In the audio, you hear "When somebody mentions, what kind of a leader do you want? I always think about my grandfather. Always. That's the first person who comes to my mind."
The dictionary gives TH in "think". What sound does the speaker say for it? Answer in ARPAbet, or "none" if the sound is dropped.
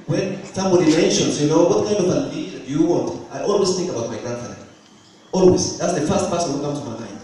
TH